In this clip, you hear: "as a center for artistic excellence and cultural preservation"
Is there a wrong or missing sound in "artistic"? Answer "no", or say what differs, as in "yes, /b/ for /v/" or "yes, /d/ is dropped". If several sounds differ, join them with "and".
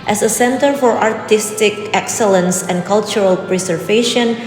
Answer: no